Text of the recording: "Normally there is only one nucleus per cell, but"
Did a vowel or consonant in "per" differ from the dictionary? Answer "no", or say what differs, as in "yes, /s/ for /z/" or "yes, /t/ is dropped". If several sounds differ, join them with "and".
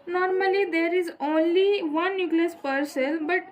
no